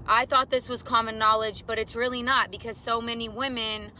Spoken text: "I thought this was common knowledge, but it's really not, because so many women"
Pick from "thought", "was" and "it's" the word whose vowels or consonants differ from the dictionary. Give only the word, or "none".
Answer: none